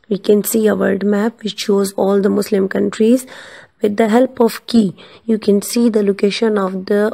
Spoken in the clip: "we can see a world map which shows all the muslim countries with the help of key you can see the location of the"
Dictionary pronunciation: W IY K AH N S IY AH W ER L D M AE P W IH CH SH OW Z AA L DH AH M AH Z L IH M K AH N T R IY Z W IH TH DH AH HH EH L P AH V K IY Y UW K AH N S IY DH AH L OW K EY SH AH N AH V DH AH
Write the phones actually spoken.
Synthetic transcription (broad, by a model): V IY K AH N S IY AH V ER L D M AE P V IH CH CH OW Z AA L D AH M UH S L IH M K AH N T R IY Z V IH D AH HH EH L P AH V K IY Y UW K AH N S IY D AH L OW K EY SH AH N AH V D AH